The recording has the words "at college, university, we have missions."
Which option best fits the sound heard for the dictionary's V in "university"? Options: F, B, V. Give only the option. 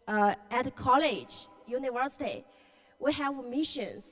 V